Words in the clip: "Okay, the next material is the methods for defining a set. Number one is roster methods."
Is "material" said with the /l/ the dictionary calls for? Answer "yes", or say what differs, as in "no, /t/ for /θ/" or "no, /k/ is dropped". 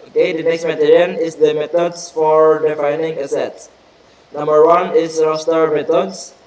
no, /n/ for /l/